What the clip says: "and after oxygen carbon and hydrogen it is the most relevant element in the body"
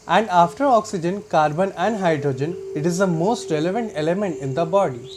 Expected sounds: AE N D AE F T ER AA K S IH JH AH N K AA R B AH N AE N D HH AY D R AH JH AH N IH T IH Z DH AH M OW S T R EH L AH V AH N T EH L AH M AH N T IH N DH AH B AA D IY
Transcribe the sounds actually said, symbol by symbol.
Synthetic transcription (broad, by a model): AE N D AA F T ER AA K S IH JH AH N K AA R B AH N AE N D HH AY D R AH JH AH N IH T IH Z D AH M OW S T R EH L AH V AH N T EH L AH M AH N T IH N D AH B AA D IY